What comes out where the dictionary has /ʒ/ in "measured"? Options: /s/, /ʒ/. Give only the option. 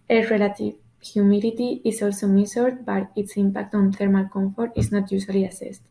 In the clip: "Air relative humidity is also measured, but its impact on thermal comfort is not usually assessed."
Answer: /s/